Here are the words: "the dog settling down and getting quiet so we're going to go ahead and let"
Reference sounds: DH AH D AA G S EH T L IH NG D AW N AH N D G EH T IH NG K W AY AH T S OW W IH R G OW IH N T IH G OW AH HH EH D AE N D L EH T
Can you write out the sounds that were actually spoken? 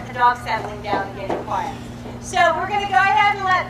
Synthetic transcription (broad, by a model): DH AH D AA G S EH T L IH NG D AW N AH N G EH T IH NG K W AY AH T S OW W IH R G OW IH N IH G OW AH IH AE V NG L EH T